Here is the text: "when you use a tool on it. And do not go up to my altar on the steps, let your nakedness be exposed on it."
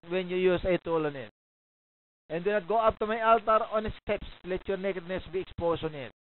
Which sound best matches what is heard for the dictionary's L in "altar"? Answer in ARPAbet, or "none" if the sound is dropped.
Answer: L